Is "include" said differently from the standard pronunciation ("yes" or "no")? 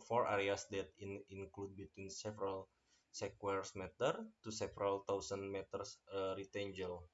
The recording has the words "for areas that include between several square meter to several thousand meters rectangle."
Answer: no